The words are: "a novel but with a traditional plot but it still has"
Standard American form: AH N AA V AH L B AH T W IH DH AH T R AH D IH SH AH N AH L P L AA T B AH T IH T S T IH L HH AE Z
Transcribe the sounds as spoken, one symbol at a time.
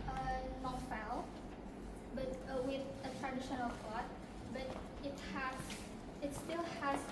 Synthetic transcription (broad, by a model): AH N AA F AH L B AH T W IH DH AH T R AH D IH SH AH N AH L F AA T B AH T IH T S T IH L HH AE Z